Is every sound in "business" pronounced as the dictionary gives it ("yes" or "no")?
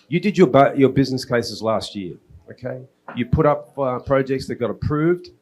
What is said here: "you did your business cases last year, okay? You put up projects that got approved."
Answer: yes